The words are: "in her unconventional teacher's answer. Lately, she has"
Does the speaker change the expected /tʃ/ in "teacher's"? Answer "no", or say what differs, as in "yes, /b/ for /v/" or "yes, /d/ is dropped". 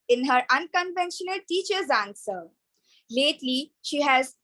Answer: no